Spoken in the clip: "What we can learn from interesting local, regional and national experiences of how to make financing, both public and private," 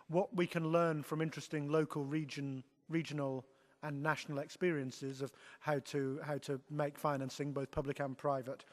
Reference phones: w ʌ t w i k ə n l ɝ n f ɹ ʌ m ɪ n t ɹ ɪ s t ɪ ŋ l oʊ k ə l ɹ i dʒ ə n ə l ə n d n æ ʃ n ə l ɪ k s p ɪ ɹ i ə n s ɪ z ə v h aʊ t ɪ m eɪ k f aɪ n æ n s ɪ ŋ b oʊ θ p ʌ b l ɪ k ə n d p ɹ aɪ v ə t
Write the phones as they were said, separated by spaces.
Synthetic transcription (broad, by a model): w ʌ t w i k ə n l ɝ n f ɹ ʌ m ɪ n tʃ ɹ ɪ s t ɪ ŋ l oʊ k ə l ɹ i dʒ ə n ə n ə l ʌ n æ ʃ n l ɪ k s p ɪ ɹ i ə n s ɪ z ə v h aʊ t ɪ m eɪ k f aɪ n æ n s ɪ ŋ b oʊ θ p ʌ b l ɪ k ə n p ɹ aɪ v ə t